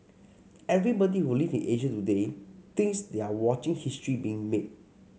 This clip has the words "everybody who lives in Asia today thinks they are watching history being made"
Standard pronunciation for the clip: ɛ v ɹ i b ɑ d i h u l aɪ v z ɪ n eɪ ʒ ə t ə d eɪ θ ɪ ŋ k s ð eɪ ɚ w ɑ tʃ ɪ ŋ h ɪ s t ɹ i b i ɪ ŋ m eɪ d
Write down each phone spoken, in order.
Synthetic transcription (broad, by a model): ɛ v ɹ i b ɑ d i h u l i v ɪ n eɪ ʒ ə t ə d eɪ t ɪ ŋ s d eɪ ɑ w ɑ tʃ ɪ ŋ h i s t ɹ i b i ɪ ŋ m eɪ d